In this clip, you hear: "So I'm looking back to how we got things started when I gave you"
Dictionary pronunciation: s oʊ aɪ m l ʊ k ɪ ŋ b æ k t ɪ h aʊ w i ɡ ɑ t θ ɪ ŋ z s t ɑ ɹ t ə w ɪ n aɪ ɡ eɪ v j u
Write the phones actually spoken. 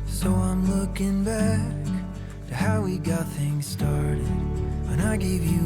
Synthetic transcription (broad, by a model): s oʊ aɪ m l ʊ k ɪ ŋ b æ k t ɪ h aʊ w i ɡ ɑ t θ ɪ ŋ z s t ɑ ɹ t ə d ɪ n aɪ ɡ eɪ v j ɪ